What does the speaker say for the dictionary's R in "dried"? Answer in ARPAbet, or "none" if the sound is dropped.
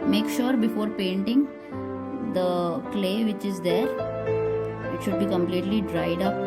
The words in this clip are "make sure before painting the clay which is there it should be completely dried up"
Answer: R